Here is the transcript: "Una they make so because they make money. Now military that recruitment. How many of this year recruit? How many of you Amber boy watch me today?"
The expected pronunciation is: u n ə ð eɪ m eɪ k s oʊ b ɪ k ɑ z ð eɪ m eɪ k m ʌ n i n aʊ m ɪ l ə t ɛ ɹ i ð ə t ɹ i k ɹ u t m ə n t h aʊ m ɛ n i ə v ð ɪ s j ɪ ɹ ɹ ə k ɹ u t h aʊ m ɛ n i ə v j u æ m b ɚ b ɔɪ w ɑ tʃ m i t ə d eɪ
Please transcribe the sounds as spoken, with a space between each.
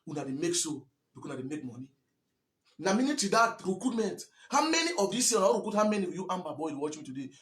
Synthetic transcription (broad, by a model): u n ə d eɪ m eɪ k s oʊ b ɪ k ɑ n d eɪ m eɪ k m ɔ n i n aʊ m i n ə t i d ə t ɹ i k ɹ u t m ə n t h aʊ m ɛ n i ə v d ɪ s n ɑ w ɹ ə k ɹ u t h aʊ m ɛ n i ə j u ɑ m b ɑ b ɔɪ w ɑ tʃ m i t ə d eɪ